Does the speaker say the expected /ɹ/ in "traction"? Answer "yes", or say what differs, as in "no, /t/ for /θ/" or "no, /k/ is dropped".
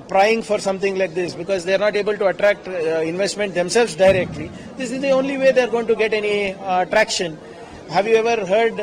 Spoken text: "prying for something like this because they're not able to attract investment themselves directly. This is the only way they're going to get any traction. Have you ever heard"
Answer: yes